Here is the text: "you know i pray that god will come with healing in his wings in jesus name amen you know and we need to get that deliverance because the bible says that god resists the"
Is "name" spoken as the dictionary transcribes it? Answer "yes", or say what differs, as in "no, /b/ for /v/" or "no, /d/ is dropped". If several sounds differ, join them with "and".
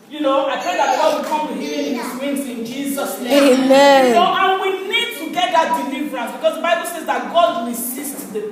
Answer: no, /m/ is dropped